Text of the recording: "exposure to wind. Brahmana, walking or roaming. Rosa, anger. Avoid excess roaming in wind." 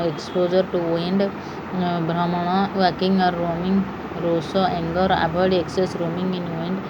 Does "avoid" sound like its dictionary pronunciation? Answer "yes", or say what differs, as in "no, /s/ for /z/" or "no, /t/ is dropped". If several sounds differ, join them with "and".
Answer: no, /b/ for /v/